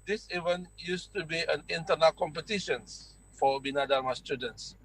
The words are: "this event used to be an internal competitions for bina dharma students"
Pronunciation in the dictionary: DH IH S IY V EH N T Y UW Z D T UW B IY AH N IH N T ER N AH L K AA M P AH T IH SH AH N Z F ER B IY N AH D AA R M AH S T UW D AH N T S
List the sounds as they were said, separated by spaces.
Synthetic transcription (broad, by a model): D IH S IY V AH N Y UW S T UW B IY AH N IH N T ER N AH L K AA M P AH T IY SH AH N F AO B IY N AH D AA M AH S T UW D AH N T S